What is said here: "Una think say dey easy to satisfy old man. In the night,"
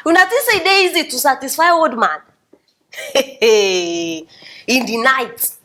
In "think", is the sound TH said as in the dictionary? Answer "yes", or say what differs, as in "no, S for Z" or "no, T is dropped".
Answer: no, T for TH